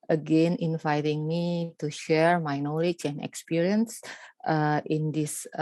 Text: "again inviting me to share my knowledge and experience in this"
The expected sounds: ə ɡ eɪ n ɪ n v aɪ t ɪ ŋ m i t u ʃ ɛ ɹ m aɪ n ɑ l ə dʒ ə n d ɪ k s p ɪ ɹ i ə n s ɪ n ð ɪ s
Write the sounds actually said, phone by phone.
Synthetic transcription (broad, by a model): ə ɡ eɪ n ɪ n v aɪ t ɪ ŋ m i t u ʃ ɛ ɹ m aɪ n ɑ l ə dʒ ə n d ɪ k s p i ɹ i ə n s ɪ n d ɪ s